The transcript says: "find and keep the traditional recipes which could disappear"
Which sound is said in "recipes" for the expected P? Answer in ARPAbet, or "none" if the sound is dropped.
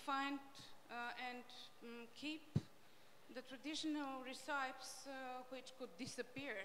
none